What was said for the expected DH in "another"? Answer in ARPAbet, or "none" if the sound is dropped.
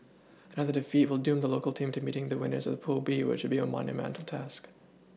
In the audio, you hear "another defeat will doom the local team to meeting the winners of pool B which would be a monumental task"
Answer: DH